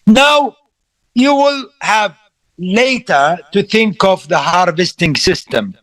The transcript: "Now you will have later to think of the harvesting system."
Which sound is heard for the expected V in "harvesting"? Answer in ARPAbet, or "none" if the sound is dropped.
V